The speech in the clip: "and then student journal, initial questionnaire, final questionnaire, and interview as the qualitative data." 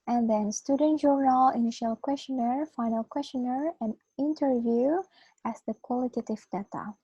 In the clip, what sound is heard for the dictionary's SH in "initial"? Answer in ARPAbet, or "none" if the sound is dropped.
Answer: SH